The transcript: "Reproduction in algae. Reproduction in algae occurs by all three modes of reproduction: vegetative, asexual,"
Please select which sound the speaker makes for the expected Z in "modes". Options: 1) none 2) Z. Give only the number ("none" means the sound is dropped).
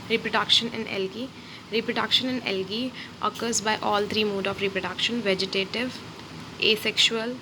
1